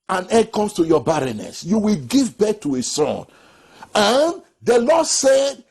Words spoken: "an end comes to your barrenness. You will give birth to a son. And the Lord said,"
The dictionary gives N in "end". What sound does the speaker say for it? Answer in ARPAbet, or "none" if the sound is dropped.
none